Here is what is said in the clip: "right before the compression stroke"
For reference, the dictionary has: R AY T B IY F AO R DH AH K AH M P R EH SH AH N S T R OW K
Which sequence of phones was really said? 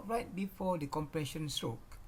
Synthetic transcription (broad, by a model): R AY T B IY F AO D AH K AH M P R EH SH AH N S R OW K